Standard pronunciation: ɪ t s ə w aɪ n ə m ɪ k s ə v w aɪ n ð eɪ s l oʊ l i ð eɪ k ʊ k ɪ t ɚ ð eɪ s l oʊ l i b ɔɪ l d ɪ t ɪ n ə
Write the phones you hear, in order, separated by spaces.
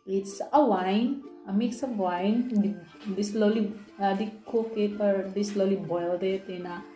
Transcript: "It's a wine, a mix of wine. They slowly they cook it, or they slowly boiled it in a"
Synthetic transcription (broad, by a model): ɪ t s ə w aɪ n ə m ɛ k s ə b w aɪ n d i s l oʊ l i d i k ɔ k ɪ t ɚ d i s l oʊ l i b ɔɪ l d ɪ t ɪ n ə